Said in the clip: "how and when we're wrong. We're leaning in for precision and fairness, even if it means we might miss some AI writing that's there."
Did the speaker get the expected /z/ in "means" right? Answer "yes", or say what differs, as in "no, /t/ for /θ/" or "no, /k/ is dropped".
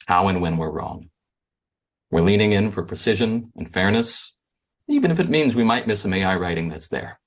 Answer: yes